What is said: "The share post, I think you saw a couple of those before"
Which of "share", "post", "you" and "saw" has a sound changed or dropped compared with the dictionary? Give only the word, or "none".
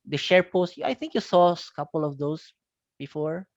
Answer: none